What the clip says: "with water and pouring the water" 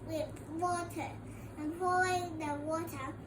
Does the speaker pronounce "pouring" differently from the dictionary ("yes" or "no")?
yes